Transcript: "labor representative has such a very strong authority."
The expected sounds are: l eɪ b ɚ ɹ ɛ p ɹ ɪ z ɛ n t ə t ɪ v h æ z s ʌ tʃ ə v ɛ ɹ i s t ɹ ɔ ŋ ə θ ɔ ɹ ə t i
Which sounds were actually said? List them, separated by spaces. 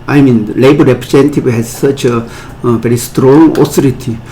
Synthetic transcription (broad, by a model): l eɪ b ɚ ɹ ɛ p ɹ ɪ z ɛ n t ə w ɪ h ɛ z s ʌ tʃ ə v ɛ ɹ i s t ɹ ɔ ŋ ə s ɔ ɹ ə t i